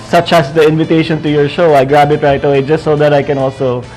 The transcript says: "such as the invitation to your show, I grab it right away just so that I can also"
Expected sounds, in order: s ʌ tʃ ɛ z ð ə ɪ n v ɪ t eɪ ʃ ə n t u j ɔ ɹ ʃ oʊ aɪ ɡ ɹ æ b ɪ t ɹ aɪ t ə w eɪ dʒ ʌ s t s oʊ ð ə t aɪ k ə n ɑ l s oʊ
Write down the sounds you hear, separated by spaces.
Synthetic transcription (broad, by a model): s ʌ tʃ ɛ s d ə ɪ n v ɪ t eɪ ʃ ə n t u j ɔ ɹ ʃ oʊ aɪ ɡ ɹ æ b ɪ t ɹ aɪ t ə w eɪ dʒ ʌ s t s oʊ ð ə t aɪ k ə n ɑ l s oʊ